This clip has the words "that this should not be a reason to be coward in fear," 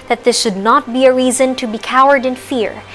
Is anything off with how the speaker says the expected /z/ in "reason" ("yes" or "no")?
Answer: no